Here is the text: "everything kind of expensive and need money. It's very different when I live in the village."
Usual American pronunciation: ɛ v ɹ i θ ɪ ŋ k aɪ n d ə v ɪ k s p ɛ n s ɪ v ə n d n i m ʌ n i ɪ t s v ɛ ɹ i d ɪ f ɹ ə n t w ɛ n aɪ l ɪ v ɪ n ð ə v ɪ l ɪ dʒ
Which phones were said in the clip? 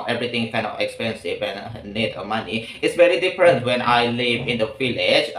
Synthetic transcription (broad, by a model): ɛ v ɹ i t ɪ ŋ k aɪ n ə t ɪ k s p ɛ n s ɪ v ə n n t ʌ m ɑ n i ɪ t s v ɛ ɹ i d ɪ f ɹ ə n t w ɛ n aɪ l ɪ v ɪ n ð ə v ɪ l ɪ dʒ